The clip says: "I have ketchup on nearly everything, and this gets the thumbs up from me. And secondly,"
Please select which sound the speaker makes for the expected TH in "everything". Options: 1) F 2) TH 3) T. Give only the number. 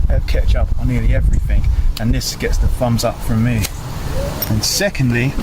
2